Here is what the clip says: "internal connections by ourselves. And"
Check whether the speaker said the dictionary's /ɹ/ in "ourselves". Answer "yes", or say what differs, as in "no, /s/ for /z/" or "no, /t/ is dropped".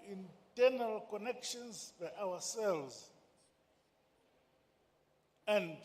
no, /w/ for /ɹ/